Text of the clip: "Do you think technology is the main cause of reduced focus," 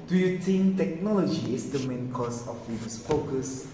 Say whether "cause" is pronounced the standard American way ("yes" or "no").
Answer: no